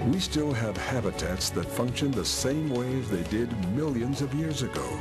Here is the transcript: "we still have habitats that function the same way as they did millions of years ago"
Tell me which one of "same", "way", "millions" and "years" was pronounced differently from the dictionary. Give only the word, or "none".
none